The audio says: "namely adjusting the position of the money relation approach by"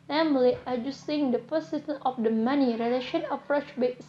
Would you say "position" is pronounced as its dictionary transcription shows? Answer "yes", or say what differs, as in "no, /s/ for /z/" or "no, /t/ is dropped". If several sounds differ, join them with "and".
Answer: no, /s/ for /z/ and /s/ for /ʃ/